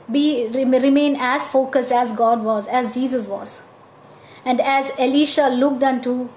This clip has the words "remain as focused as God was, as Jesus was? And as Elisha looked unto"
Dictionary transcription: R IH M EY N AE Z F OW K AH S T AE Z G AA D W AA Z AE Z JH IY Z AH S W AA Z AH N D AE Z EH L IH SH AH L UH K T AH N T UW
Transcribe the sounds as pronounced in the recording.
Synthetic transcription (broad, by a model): R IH M EY N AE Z F OW K AH S T AE Z G AA D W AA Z AE Z JH IY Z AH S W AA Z AH N D AE Z EH L IH SH AH L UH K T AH N T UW